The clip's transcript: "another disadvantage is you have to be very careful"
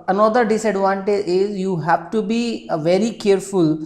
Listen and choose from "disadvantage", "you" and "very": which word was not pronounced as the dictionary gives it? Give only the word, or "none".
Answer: disadvantage